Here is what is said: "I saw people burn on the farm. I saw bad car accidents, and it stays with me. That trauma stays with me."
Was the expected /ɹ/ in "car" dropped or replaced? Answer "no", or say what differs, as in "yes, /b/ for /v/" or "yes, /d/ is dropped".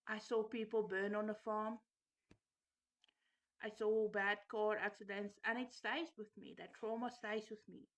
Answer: no